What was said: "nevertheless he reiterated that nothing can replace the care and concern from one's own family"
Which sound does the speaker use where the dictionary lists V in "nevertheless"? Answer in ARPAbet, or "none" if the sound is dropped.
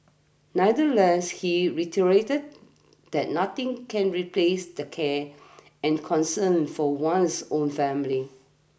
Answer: none